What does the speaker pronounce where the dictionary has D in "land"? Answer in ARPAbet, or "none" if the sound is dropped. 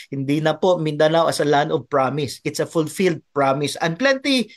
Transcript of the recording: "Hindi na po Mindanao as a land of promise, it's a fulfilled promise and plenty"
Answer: none